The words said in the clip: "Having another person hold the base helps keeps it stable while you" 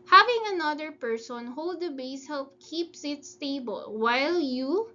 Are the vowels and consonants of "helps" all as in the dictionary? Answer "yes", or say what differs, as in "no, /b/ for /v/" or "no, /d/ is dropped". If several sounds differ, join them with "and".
no, /s/ is dropped